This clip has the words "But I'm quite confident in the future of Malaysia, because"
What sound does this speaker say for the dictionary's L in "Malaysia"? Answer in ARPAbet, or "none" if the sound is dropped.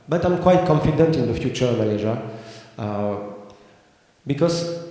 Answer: N